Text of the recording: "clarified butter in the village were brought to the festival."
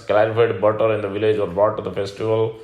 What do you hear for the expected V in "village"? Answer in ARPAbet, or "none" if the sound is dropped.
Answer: V